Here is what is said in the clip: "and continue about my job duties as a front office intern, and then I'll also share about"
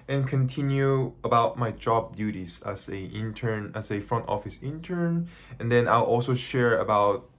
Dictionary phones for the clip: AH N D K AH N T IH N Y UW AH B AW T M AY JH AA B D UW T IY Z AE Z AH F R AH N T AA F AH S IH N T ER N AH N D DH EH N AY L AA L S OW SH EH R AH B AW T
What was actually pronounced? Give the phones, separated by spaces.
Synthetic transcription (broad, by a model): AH N K AH N T IH N Y UW AH B AW T M AY JH AA B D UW T IY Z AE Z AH F R AH N T AA F AH S IH N T ER N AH N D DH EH N AY L AA L S OW SH EH R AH B AW T